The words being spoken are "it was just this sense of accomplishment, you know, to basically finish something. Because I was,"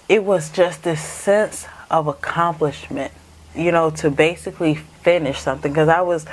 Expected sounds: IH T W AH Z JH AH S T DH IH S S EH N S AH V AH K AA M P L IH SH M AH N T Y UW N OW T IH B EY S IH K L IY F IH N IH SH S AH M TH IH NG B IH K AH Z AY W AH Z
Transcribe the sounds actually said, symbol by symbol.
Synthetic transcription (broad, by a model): IH T W AH Z JH AH S T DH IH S S EH N S AH V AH K AA M P L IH SH M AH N T Y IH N OW T IH B EY S IH K L IY F IH N IH SH S AH M TH IH NG K AH Z AY W AH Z